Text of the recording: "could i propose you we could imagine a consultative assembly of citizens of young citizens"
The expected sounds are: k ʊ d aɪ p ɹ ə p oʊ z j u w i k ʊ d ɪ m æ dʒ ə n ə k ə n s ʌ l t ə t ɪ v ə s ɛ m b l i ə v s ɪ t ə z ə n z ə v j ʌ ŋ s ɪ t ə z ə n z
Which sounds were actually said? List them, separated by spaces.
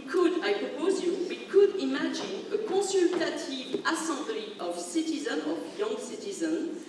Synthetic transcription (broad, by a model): k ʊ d aɪ p ɹ ə p oʊ z j u w i k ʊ d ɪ m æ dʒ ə n ə k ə s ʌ l t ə t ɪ v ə s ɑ b l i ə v s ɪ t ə z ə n ə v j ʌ ŋ s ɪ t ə z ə n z